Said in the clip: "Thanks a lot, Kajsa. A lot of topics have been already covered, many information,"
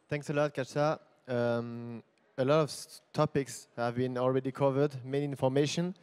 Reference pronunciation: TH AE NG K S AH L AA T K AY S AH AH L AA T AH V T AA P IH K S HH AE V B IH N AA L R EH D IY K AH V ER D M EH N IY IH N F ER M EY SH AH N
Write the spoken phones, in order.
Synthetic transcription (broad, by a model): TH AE NG K S AH L AA T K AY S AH AH L AA T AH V T AA P IH K S HH AE V B IH N AA L R EH D IY K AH V ER D M EH N IY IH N F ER M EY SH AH N